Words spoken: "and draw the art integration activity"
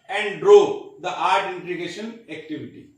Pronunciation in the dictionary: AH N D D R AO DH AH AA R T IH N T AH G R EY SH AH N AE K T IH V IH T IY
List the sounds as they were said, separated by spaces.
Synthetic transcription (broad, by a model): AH N D D R AO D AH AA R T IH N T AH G EY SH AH N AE K T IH V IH T IY